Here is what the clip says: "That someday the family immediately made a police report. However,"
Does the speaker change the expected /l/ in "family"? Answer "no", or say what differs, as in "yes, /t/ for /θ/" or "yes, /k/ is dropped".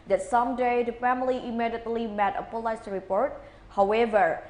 no